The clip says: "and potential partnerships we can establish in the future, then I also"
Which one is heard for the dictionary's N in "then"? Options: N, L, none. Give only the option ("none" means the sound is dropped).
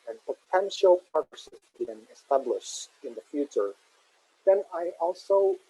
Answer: N